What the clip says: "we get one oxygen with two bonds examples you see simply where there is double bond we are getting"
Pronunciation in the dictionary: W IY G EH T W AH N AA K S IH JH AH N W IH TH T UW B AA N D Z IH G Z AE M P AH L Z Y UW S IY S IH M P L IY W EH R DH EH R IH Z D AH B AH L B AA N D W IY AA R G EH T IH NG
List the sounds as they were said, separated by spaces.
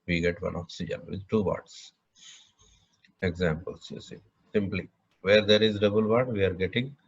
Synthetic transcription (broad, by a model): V IY G EH T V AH N AA K S IH JH AH N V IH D T UW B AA D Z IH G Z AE M P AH L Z Y UW S IY S IH M P L IY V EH R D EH R IH Z D AH B AH L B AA D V IY AA R G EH T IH NG